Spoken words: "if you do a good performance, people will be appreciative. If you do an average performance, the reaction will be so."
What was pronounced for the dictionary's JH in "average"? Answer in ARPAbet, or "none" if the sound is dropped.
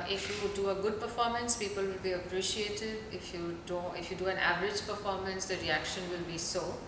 JH